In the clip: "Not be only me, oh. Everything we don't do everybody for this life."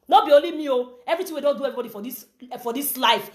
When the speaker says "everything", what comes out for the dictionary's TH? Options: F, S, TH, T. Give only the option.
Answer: T